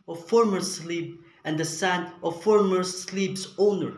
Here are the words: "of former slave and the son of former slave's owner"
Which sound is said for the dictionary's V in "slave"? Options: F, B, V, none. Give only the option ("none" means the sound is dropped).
B